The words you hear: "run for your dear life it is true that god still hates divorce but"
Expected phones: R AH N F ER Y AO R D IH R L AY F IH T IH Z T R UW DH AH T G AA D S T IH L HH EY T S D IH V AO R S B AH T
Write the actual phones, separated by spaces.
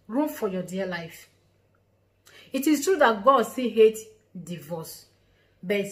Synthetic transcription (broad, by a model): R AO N F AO Y AO D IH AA L AY F IH T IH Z T R UW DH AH T G AA D S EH HH EY T D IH V AO S B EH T